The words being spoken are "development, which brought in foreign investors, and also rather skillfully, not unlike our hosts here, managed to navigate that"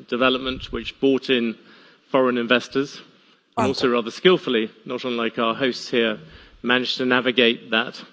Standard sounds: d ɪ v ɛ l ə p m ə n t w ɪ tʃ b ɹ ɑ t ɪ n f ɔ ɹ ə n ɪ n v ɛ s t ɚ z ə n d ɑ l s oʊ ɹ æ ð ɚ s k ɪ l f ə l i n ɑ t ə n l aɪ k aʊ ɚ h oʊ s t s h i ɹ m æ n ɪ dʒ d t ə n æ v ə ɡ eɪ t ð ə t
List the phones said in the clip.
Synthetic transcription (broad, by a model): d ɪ v ɛ l ə p m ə n t w ɪ tʃ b ɑ t ɪ n f ɔ ɹ ə n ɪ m v ɛ s t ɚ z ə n ɑ l s oʊ ɹ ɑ ð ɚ s k ɪ l f ə l i n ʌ t ə n l aɪ k aʊ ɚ h oʊ s t s h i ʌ m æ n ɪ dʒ t ə n æ v ə ɡ eɪ t ð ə t